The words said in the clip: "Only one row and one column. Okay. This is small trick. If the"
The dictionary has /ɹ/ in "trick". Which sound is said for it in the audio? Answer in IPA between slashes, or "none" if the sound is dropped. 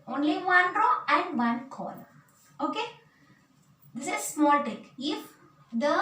none